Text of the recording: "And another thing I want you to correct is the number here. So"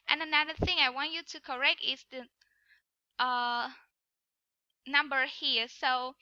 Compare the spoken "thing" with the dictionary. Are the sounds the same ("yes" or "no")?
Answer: yes